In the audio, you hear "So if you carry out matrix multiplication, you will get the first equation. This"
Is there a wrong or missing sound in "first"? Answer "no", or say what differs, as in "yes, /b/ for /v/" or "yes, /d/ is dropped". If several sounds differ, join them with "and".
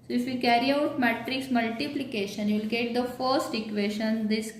no